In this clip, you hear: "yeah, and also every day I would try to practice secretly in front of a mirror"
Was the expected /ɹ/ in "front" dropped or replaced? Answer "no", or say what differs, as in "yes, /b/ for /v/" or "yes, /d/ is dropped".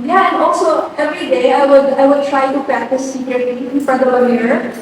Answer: yes, /ɹ/ is dropped